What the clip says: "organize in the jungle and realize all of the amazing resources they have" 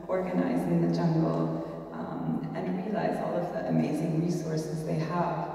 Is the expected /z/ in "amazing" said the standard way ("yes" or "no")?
yes